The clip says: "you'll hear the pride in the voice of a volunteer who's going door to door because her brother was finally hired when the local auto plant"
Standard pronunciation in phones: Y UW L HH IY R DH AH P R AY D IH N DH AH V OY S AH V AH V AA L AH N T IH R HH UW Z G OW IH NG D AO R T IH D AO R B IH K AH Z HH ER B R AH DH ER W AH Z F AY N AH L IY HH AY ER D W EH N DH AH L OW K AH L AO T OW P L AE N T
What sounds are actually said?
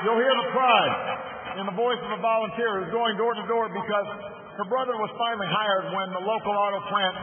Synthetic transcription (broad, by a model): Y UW L HH IY R DH AH P R AY D IH N DH AH V OY S AH V AH V AA L AH N T IH R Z G OW IH NG D AO R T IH D AO R B IH K AH Z HH ER B R AH DH ER W AH Z F AY N L IY HH AY ER D W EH N DH AH L OW K L AO T OW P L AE N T